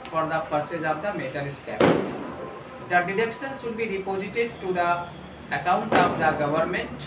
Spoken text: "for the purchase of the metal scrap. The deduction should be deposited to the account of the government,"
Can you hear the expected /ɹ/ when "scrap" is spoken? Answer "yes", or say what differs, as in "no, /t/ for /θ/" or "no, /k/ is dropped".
no, /ɹ/ is dropped